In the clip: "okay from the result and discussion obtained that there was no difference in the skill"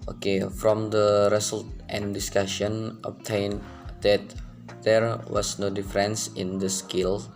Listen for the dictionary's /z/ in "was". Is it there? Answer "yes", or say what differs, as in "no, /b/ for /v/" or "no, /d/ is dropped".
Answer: no, /s/ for /z/